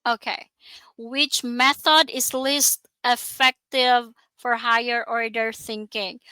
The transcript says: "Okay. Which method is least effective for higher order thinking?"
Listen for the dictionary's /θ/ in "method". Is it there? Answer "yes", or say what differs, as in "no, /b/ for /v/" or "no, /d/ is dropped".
yes